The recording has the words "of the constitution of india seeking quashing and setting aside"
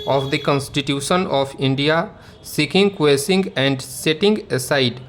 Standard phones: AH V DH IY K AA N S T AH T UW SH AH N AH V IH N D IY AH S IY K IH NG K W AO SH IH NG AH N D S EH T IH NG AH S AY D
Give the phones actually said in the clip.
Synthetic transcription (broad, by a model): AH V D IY K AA N S T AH T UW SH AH N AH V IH N D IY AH S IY K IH NG K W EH S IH NG AH N D S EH T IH NG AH S AY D